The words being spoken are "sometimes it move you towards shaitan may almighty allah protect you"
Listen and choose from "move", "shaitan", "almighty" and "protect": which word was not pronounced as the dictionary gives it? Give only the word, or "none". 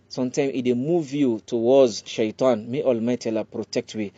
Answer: none